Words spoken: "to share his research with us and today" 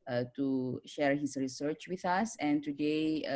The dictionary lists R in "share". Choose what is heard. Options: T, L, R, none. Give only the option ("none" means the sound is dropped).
R